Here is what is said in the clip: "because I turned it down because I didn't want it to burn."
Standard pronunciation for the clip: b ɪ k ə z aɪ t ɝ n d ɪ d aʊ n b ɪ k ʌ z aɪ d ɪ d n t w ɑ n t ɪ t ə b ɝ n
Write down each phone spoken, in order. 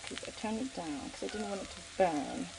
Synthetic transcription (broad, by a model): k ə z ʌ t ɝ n ɪ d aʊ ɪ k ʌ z aɪ d ɪ d n t w ɑ n t ɪ t ə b ɝ n